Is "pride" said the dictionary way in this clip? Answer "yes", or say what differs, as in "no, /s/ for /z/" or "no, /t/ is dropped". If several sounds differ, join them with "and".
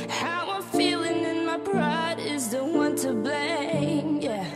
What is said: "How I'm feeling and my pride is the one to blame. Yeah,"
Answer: no, /b/ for /p/